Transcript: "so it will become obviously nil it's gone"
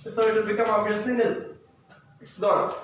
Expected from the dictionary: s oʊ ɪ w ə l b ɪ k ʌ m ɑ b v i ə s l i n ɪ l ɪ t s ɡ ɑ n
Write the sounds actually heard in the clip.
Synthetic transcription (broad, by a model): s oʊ ɪ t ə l b ɪ k ʌ m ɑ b i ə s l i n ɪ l ɪ t s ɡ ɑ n